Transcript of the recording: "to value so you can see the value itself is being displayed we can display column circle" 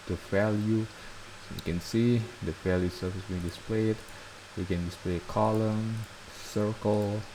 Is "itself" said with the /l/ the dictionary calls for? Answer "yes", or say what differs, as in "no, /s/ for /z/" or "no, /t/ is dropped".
no, /l/ is dropped